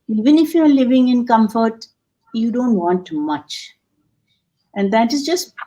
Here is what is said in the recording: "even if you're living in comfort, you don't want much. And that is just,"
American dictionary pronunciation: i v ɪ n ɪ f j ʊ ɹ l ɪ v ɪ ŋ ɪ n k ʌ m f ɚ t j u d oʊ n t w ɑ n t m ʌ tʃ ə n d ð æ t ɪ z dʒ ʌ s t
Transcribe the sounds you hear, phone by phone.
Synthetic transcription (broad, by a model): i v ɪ n ɪ f j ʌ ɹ l ɪ v ɪ ŋ ɪ n k ʌ m f ɚ t j u d oʊ n t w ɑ n t m ʌ tʃ ə n d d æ t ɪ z dʒ ʌ s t